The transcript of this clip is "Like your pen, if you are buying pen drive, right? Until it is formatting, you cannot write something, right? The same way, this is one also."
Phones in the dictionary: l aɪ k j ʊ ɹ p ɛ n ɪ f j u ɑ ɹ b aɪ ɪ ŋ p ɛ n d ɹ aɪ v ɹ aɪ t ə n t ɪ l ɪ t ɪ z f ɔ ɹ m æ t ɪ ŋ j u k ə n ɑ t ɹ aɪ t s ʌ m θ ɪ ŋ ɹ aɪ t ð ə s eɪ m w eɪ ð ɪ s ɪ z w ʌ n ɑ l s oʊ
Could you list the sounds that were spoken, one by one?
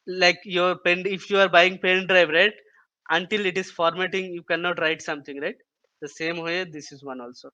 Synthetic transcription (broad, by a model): l aɪ k j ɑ ɹ p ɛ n ɪ f j u ɑ ɹ b aɪ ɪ ŋ p ɛ n d ɹ aɪ v ɹ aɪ t ə n t ɪ l ɪ t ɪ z f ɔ ɹ m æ t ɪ ŋ j u k ə n ɑ t ɹ aɪ t s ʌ m t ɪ ŋ ɹ aɪ t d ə s eɪ m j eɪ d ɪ s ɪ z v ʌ n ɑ l s oʊ